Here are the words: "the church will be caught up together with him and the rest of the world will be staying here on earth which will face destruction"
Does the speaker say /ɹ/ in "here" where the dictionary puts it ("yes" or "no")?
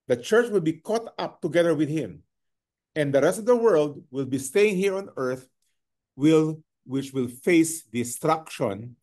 yes